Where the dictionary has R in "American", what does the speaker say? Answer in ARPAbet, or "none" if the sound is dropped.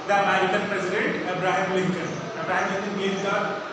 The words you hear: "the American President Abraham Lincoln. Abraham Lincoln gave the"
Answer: none